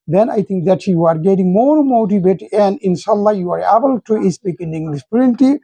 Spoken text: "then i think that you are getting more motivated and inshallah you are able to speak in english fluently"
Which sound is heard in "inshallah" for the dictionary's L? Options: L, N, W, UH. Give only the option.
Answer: L